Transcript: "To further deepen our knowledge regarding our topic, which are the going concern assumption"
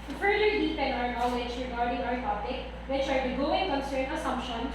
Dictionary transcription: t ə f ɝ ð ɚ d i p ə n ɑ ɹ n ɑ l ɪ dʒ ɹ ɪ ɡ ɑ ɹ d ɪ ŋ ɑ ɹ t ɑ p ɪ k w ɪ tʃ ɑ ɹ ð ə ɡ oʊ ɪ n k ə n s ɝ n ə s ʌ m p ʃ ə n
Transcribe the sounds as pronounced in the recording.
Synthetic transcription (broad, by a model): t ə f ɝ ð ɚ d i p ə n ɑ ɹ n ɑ w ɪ tʃ ɹ ɪ ɡ ɑ ɹ d ɪ ŋ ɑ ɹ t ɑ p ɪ k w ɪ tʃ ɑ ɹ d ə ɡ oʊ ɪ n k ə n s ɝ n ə s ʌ m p ʃ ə n